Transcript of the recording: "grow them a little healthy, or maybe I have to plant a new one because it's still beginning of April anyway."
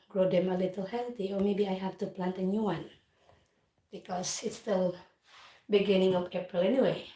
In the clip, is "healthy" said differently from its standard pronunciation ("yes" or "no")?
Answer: yes